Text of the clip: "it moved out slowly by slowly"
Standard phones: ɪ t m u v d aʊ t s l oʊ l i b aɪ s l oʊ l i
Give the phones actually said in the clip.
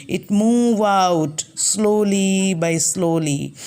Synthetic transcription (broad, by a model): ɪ t m u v aʊ t s l oʊ l i b aɪ s l oʊ l i